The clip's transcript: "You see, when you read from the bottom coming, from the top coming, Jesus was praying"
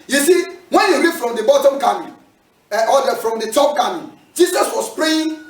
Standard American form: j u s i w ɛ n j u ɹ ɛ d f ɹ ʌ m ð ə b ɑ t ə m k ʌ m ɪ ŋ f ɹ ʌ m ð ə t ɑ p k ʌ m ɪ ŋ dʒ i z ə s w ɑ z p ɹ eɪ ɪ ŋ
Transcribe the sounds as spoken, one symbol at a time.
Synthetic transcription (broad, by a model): j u s i w ɛ n j u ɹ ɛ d f ɹ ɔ m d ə b ɑ t ə m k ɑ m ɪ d f ɹ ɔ m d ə t ɑ p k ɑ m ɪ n dʒ i s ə s w ɑ s p ɹ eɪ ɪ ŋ